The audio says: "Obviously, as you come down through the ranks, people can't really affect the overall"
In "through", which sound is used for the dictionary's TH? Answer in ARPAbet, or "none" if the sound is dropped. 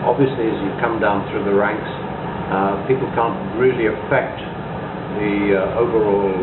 TH